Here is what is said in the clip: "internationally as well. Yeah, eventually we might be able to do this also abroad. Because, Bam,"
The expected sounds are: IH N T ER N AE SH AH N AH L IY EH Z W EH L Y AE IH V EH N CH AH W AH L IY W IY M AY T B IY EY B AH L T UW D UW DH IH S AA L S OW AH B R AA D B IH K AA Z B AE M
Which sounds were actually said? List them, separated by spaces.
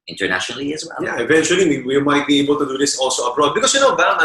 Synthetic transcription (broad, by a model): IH N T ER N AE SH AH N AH L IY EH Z W EH L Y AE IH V EH N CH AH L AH W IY W IY M AY T B IY EY B AH L T UW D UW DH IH S AA L S OW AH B R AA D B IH K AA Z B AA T